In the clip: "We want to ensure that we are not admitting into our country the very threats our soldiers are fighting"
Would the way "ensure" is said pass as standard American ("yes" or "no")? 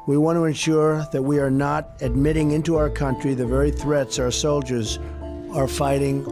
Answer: yes